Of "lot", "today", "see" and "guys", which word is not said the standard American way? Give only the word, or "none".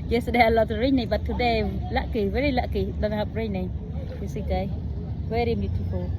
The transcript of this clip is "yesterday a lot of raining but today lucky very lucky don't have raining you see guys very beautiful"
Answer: guys